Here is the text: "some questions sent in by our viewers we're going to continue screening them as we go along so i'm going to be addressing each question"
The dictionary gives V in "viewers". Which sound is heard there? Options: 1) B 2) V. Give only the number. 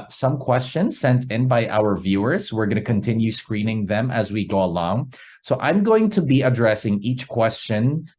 2